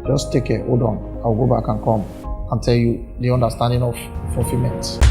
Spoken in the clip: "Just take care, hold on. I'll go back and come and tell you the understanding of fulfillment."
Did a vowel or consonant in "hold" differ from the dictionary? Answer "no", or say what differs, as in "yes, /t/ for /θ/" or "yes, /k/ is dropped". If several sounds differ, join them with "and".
yes, /l/ is dropped